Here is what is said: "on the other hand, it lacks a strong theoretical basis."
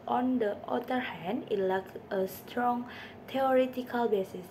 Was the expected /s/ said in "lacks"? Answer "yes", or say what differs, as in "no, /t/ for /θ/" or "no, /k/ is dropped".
no, /s/ is dropped